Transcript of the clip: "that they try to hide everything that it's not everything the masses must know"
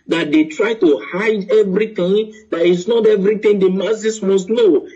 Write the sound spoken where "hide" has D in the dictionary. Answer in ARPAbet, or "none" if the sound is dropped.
D